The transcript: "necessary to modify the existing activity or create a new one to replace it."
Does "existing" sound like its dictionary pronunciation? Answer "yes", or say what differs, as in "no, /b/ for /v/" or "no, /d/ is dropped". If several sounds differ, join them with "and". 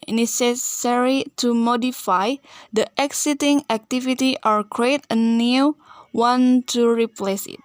no, /s/ is dropped